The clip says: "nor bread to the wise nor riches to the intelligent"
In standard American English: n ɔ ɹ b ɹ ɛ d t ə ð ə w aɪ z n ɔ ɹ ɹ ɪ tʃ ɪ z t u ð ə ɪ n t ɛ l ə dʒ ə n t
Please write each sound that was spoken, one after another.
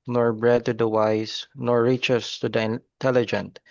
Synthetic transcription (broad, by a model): n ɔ ɹ b ɹ ɛ d t ə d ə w aɪ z n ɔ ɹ ɹ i tʃ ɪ s t u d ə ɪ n t ɛ l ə dʒ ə n t